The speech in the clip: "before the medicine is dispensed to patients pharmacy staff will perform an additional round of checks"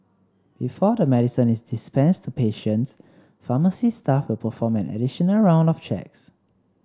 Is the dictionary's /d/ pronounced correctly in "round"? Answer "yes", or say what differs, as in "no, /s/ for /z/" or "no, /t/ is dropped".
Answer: yes